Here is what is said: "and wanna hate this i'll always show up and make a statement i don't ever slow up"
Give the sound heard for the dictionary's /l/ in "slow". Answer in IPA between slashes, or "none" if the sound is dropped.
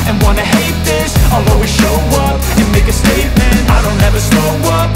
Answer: none